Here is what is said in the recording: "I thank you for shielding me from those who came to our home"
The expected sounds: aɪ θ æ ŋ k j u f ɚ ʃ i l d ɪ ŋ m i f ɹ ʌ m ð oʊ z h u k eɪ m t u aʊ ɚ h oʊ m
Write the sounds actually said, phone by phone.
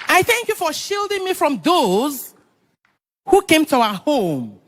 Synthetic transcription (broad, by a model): aɪ θ æ ŋ k j u f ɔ ʃ i l d ɪ ŋ m i f ɹ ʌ m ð oʊ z h u k eɪ m t u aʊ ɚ h oʊ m